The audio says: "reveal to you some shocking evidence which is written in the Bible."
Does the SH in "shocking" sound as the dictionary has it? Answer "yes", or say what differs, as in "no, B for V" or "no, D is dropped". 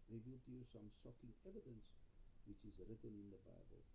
no, S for SH